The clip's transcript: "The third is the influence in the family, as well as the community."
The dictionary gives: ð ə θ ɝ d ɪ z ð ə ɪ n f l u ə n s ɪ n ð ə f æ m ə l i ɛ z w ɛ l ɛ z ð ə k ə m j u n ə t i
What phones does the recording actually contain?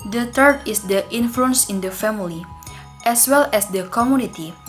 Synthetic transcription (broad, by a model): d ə t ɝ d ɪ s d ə ɪ n f l u ə n s ɪ n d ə f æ m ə l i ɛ s w ɛ l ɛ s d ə k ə m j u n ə t i